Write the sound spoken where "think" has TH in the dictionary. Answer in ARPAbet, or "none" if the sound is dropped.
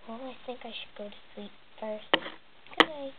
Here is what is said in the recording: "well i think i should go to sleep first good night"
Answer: TH